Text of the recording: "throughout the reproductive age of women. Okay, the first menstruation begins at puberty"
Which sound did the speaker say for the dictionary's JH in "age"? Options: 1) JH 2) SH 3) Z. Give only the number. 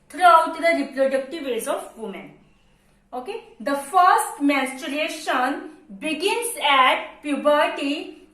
3